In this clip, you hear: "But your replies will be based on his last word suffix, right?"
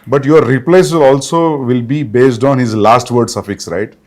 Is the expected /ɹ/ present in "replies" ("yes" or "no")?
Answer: no